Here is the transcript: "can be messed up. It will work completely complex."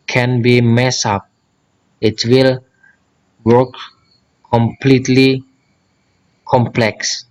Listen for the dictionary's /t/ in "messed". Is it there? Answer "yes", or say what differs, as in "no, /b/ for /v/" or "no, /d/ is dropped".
no, /t/ is dropped